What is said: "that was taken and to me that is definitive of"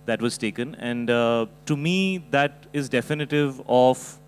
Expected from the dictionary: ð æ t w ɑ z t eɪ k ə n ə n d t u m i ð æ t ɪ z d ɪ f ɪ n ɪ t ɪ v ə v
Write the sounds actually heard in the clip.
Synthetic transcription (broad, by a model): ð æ t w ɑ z t eɪ k ə n ə n d t u m i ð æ t ɪ z d ɪ f ɪ n ɪ t ɪ v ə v